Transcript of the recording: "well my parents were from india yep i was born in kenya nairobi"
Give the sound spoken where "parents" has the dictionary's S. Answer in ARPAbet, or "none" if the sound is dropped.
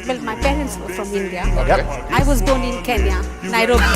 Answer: S